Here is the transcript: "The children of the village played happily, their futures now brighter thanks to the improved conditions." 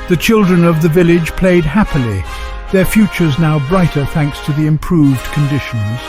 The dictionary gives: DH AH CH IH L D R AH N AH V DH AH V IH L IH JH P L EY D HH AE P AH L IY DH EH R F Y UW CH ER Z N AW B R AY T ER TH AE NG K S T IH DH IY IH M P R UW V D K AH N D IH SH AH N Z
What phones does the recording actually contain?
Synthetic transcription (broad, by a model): DH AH CH IH L D R AH N AH V DH AH V IH L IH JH P L EY D HH AE P AH L IY DH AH R F Y UW CH ER Z N AW B R AY T ER TH AE NG K S T IH DH IY IH M P R UW V D K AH N D IH SH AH N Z